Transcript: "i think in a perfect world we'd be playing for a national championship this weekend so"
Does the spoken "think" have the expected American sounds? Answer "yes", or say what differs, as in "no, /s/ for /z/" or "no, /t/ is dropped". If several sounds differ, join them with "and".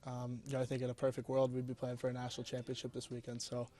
yes